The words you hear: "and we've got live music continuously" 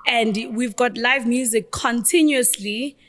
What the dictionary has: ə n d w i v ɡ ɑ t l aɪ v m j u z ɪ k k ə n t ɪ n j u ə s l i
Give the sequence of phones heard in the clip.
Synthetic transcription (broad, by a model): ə n d w i v ɡ ɑ t l aɪ v m j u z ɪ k k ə n t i n j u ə s l i